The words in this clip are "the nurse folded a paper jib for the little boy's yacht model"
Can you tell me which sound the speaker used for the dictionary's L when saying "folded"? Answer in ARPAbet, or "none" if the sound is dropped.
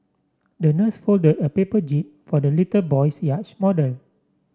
L